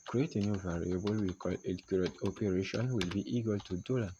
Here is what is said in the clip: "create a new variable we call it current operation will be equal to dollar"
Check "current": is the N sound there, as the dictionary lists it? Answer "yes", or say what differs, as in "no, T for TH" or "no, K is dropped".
no, N is dropped